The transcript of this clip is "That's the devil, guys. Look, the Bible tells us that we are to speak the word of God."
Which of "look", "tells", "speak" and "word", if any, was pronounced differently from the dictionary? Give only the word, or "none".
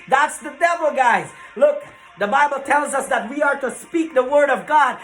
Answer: none